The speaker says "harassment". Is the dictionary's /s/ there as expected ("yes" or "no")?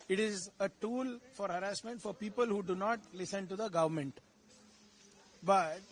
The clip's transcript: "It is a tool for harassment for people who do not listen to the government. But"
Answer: yes